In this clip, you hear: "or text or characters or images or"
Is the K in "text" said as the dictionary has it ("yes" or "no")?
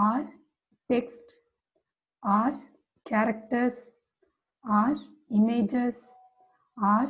yes